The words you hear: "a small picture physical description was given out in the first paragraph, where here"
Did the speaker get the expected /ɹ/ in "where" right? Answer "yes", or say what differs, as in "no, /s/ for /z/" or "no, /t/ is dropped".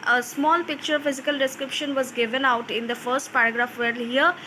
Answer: no, /l/ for /ɹ/